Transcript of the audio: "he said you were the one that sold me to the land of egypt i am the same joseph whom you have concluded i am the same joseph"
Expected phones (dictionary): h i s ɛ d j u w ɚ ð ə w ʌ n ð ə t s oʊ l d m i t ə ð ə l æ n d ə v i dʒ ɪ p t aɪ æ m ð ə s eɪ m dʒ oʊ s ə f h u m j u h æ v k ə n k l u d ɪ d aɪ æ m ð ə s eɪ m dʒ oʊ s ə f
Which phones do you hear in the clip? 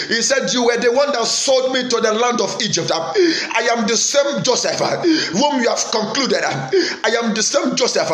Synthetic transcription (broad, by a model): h i s ɛ d j u w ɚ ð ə w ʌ n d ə t s oʊ l d m i t ə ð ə l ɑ n d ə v i dʒ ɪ p t aɪ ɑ m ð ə s eɪ m dʒ oʊ s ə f h u m j u h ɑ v k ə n k l u d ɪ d aɪ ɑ m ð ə s eɪ m dʒ oʊ s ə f